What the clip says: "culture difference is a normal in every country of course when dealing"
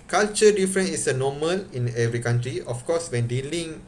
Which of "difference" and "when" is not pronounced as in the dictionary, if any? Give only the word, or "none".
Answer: difference